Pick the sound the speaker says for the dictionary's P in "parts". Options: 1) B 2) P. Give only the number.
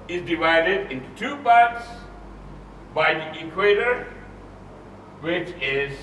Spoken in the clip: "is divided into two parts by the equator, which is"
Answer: 1